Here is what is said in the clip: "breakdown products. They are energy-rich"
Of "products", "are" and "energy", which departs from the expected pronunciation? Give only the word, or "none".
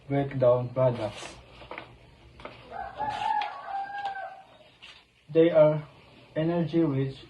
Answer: products